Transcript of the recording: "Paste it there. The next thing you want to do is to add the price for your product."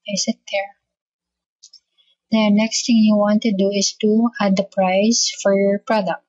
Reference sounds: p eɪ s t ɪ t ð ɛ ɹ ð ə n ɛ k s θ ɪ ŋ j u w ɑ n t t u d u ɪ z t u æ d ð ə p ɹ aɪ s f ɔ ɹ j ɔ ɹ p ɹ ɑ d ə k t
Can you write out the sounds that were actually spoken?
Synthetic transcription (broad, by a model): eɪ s ɪ t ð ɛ ɹ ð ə n ɛ k s t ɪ ŋ j u w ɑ n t t u d u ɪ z t u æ d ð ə p ɹ aɪ s f ɔ ɹ j ɔ ɹ p ɹ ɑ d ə k t